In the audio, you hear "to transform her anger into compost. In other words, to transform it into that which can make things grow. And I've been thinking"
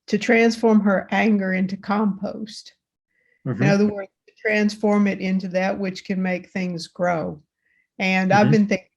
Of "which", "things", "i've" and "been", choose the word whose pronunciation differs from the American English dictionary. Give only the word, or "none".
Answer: none